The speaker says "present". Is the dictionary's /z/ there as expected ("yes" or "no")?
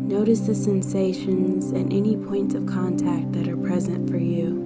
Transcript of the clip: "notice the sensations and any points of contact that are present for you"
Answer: yes